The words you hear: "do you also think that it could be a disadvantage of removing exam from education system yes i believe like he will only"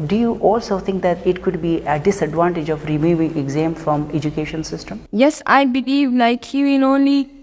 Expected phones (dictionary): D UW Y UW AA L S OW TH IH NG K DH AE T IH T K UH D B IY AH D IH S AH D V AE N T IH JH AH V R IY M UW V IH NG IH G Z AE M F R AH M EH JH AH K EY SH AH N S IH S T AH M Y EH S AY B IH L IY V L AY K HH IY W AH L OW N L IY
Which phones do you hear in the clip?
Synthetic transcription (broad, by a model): D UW Y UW AA L S OW T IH NG K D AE T IH T K UH D B IY AH D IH S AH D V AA N T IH JH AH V R IY M UW V IH NG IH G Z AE M F R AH M EH JH AH K EY SH AH N S IH S T AH M Y EH S AY B IH L IY V N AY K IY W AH N OW N L IY